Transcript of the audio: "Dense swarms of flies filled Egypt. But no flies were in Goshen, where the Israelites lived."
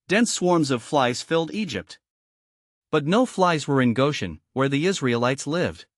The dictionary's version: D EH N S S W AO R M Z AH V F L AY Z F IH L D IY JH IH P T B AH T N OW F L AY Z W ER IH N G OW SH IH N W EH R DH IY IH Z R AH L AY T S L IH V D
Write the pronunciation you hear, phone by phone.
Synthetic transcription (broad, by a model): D EH N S S W AO R M Z AH V F L AY Z F IH L D IY JH IH P T B AH T N OW F L AY Z W ER IH N G OW SH IH N W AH R DH IY IH Z R AH L AY T S L IH V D